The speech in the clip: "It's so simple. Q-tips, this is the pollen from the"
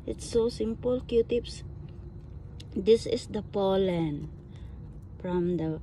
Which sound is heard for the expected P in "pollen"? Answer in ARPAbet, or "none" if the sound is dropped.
P